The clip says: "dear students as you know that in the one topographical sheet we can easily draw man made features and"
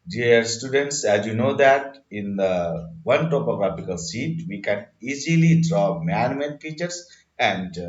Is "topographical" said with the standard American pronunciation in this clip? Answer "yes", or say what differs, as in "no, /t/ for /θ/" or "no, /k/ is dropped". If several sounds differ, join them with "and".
no, /p/ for /f/